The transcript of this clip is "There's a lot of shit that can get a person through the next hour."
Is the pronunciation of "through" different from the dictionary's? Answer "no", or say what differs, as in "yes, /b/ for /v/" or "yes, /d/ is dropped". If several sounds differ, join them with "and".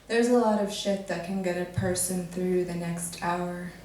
no